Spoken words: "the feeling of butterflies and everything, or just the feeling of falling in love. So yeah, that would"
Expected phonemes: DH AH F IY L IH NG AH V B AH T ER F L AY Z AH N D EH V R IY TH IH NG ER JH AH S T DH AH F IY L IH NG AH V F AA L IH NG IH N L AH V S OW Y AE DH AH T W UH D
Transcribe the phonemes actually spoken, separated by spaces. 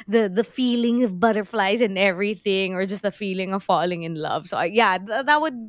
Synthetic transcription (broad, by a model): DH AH F IY L IH NG AH V B AH T ER F L AY Z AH N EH V R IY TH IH NG ER JH AH S T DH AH F IY L IH NG AH V F AA L IH NG IH N L AH V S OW Y AE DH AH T W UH D